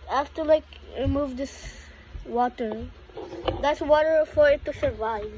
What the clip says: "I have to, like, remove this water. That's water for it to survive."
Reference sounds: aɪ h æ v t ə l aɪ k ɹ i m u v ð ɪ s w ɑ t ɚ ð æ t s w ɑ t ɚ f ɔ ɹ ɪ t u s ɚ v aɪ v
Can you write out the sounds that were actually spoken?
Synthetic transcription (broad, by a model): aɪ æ f t ə l aɪ k ɹ i m u v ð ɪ s w ɑ t ɚ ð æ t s w ɑ t ɚ f ɔ ɹ ɪ t u s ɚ v aɪ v